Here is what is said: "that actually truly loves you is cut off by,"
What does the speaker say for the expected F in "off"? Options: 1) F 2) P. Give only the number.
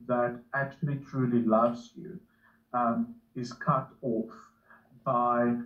1